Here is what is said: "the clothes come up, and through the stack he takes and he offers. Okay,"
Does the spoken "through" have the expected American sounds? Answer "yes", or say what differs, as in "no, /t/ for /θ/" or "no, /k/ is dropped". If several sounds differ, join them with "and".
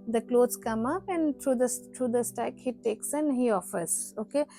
no, /s/ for /θ/